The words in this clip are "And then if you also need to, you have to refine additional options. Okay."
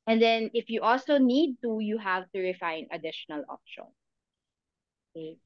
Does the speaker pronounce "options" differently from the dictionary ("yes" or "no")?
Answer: yes